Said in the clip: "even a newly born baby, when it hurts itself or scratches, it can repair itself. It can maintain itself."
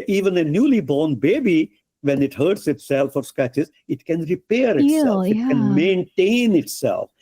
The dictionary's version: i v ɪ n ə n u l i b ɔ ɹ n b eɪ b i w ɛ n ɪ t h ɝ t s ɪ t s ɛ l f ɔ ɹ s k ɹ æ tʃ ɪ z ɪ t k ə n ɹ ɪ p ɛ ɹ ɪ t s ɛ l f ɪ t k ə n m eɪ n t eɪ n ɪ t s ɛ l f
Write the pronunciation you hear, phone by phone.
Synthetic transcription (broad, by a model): i v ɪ n ə n u l i b ɔ ɹ n b eɪ b i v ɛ n ɪ t h ɝ t s ɪ t s ɛ l f ɔ ɹ s k æ tʃ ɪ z ɪ t k ə n ɹ ɪ p ɛ ɹ ɪ t s ɛ l f ɪ t k ə n m eɪ n t eɪ n ɪ t s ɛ l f